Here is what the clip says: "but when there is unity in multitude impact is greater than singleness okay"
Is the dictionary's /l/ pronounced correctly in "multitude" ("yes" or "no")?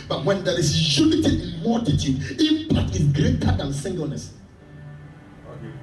no